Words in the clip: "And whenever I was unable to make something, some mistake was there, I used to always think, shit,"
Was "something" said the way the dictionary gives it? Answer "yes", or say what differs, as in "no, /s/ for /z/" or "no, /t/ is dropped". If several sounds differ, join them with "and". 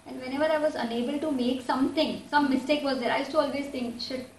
no, /t/ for /θ/